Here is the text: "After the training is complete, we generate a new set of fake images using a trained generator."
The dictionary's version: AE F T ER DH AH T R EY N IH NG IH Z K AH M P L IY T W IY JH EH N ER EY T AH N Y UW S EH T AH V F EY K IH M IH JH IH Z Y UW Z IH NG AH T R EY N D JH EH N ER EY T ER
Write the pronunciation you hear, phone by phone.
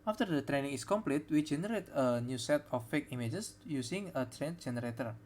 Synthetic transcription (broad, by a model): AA F T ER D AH T R EY N IH NG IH S K AH M P L IY T W IY JH EH N ER EY T AH N Y UW S EH T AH F EY K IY M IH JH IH S Y UW S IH NG AH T R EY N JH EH N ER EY T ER